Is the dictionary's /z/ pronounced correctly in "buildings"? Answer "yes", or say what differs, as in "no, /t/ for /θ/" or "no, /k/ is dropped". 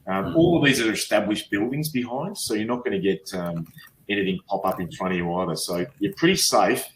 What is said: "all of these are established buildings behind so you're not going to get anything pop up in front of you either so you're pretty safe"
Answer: yes